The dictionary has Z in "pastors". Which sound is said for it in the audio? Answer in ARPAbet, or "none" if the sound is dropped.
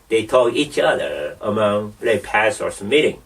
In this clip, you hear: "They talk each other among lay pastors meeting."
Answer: S